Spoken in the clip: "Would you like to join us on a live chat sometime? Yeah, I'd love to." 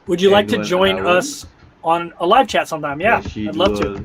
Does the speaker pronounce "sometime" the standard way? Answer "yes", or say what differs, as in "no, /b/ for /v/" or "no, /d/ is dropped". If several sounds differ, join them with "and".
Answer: yes